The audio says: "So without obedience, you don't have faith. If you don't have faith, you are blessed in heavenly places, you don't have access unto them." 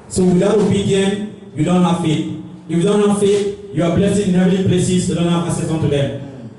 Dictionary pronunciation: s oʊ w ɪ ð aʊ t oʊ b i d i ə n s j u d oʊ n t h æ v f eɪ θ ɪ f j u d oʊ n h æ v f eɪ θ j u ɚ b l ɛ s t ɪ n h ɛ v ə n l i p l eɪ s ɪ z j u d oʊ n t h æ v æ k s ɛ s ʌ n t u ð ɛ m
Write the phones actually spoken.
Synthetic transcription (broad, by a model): s oʊ w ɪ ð aʊ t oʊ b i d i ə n j u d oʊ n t h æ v f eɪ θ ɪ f j u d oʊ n h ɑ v f eɪ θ j u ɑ b l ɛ s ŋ ɪ n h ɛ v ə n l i p l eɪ s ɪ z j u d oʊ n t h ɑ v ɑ s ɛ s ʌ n t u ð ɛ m